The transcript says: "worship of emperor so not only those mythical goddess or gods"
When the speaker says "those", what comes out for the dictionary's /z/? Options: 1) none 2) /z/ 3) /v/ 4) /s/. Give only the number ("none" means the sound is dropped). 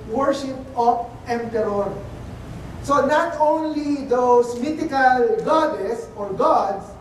4